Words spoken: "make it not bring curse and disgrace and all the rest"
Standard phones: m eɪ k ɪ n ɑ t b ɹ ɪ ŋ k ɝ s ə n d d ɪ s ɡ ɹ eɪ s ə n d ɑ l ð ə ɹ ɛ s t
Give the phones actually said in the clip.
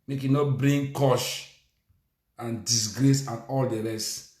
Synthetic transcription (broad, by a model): m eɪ k ɪ n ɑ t b ɹ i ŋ k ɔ ʃ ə n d d ɪ s ɡ ɹ eɪ s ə n ɑ l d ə ɹ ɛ s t